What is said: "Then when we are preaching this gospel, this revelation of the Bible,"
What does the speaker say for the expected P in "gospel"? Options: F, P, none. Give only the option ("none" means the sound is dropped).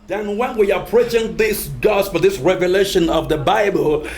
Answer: F